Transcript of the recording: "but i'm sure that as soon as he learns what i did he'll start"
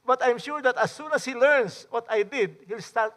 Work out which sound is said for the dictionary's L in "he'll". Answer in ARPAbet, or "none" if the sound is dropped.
L